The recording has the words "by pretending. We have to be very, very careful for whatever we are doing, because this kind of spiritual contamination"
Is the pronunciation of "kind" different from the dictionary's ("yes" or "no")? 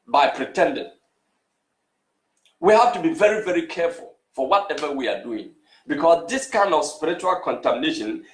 no